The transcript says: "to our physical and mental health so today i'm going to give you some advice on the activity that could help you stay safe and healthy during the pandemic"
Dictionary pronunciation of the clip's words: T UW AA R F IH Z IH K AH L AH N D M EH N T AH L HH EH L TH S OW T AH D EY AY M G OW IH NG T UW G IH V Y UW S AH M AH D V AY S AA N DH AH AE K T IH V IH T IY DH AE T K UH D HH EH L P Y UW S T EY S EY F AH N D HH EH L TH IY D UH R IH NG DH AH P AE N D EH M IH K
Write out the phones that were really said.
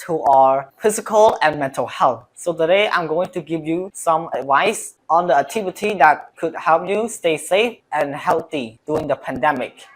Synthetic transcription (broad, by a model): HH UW AA R F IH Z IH K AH L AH N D M EH N T AH L HH EH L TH S OW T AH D EY AY M G OW IH NG T UW G IH V Y UW S AH M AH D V AY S AA N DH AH AE K T IH V IH T IY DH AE T K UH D HH EH L P Y UW S T EY S EY F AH N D HH EH L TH IY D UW IH NG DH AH P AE N D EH M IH K